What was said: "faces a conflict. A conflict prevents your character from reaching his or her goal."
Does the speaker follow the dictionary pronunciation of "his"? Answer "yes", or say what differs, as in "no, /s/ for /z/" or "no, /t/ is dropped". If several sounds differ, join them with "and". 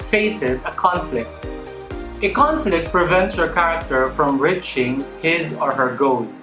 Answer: yes